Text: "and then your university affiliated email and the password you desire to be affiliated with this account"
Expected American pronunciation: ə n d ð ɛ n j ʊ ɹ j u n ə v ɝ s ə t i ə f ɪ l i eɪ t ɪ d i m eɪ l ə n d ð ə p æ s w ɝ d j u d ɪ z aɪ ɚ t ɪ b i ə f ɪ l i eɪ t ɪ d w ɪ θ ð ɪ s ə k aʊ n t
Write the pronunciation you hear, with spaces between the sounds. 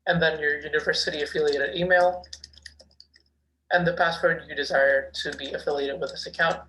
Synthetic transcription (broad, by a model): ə n ð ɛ n j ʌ ɹ j u n ə v ɝ s ə t i ə f ɪ l i eɪ t ɪ d i m eɪ l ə n ð ə p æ s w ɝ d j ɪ d ɪ z aɪ ɚ t ɪ b i ə f ɪ l i eɪ t ɪ d w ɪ ð ɪ s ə k aʊ n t